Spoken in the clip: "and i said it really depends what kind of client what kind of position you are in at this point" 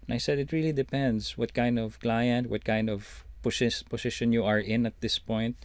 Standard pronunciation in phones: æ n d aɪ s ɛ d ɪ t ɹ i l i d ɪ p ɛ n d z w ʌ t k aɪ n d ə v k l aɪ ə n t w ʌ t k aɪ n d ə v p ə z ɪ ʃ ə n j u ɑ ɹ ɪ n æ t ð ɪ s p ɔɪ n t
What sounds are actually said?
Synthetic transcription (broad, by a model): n aɪ s ɛ d ɪ t ɹ i l i d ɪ p ɛ n d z w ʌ t k aɪ n d ə v k l aɪ ə n t w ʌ t k aɪ n d ə v p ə s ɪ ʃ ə n j u ɑ ɹ ɪ n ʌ t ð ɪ s p ɔɪ n t